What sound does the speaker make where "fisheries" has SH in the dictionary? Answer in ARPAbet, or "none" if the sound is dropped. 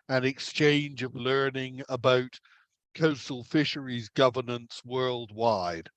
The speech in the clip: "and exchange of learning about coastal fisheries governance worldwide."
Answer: SH